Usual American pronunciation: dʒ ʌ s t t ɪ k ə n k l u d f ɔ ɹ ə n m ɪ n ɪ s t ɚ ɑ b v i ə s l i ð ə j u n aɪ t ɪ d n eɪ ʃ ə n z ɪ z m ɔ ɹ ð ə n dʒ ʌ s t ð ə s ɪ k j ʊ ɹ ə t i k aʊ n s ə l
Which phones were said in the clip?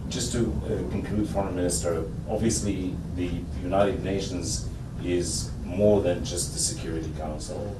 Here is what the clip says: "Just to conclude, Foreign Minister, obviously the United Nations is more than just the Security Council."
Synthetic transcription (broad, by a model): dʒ ʌ s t t ɪ k ə n k l u d f ɔ ɹ ə n m ɪ n ɪ s t ɚ ɑ b v i ə s l i ð ə j u n aɪ t ɪ d n eɪ ʃ ə n z ɪ z m ɔ ɹ ð ə n dʒ ʌ s t ð ə s ɪ k j ʊ ɹ ə t i k aʊ n s l